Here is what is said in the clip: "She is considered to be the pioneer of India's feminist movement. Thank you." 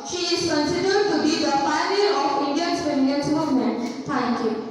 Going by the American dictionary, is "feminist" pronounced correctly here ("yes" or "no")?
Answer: no